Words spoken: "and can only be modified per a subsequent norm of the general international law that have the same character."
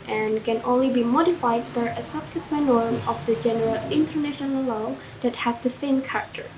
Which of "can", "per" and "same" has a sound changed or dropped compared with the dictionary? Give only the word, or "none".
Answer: per